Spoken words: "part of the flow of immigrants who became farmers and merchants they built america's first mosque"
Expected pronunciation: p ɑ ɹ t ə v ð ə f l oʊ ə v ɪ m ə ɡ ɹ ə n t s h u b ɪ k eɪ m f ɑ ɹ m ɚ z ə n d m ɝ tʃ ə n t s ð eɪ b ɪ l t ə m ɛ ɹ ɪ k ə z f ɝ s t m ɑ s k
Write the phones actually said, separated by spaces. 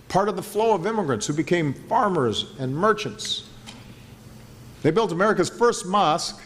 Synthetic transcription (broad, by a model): p ɑ ɹ t ə v ð ə f l oʊ ə v ɪ m ə ɡ ɹ ə n t s h u b ɪ k eɪ m f ɑ ɹ m ɚ z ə n m ɝ tʃ ə n t s ð eɪ b ɪ l t ə m ɛ ɹ ɪ k ə z f ɝ s t m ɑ s k